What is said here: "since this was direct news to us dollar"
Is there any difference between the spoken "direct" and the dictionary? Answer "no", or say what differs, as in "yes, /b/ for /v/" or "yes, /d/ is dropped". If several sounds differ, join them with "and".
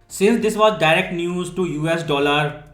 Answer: no